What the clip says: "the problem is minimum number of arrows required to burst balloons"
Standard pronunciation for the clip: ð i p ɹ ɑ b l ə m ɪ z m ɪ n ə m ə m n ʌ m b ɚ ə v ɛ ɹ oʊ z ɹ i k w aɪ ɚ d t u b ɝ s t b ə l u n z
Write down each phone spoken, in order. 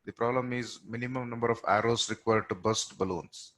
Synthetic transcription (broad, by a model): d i p ɹ ɑ b l ə m ɪ z m ɪ n ə m ə m n ʌ m b ɚ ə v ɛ ɹ oʊ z ɹ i k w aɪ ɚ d t u b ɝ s t b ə l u n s